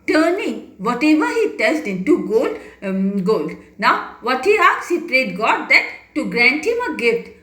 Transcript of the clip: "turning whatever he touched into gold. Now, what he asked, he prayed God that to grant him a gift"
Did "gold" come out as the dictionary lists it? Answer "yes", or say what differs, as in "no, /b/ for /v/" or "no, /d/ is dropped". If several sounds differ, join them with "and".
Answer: yes